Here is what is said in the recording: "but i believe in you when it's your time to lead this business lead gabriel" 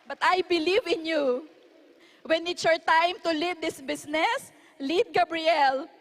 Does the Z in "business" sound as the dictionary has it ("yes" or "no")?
no